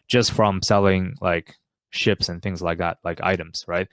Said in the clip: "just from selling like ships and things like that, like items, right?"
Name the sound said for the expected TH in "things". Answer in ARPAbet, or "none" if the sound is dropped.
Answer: TH